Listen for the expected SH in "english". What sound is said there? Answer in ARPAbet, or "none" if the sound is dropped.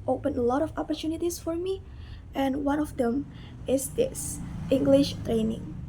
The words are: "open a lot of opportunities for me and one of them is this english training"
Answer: SH